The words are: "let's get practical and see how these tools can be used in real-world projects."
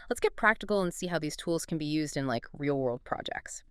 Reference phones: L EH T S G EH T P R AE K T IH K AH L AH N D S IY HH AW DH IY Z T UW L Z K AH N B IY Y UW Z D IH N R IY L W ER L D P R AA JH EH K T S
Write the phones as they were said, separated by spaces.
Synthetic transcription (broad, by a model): L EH T S G EH T P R AE K T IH K L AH N S IY HH AW DH IY Z T UW L Z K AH N B IY Y UW Z D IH N R IY L W ER L D P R AA JH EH K T S